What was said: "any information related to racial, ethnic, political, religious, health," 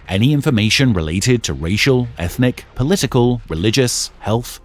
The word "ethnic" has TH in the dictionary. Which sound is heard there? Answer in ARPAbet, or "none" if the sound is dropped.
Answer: TH